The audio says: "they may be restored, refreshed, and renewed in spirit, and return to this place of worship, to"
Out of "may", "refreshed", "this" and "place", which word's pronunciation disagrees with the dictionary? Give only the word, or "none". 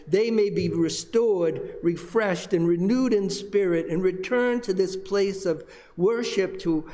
none